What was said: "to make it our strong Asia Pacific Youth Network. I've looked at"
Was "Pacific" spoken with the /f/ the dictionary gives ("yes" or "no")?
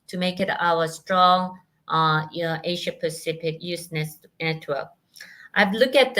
no